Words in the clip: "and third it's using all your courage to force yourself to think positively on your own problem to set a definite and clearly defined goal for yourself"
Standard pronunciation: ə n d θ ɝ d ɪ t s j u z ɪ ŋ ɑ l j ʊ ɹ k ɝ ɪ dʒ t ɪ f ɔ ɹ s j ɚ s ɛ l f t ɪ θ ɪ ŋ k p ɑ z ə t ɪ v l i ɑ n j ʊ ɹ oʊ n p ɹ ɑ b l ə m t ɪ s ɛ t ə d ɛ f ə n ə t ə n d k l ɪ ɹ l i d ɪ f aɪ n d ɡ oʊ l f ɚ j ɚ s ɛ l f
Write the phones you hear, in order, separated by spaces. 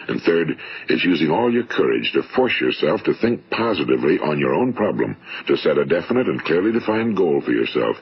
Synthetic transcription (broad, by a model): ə n θ ɝ d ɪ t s j u z ɪ ŋ ɑ l j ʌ ɹ k ɝ ɪ dʒ t ɪ f ɔ ɹ s j ɚ s ɛ l f t ɪ θ ɪ ŋ k p ɑ z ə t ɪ v l i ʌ n j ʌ ɹ oʊ n p ɹ ɑ b l ə m t ɪ s ɛ t ə d ɛ f ə n ə t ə n k l ɪ ɹ l i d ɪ f aɪ n ɡ oʊ l f ɚ j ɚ s ɛ l f